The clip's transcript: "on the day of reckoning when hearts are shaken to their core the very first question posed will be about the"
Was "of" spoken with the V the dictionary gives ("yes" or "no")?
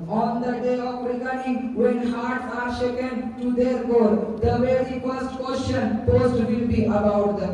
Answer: no